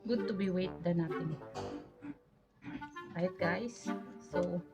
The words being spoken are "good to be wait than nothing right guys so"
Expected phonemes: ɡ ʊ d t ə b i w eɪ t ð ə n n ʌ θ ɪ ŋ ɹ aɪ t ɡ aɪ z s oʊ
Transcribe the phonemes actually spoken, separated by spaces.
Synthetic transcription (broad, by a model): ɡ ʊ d t ə b i w eɪ t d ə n n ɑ t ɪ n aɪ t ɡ aɪ s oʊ